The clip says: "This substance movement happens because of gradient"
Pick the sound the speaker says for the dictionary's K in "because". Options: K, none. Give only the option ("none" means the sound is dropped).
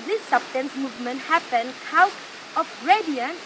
none